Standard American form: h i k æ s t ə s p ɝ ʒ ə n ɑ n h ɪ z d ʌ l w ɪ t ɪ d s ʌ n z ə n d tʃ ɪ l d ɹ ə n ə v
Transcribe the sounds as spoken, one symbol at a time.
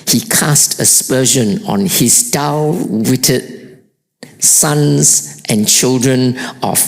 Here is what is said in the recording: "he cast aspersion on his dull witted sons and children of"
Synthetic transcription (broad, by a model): h i k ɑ s t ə s p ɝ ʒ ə n ɑ n h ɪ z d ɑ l w ɪ t ɪ d s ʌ n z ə n tʃ ɪ l d ɹ ə n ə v